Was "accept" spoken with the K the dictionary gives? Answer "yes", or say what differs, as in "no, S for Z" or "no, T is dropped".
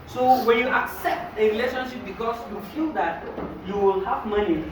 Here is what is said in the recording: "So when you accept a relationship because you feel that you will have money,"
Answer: yes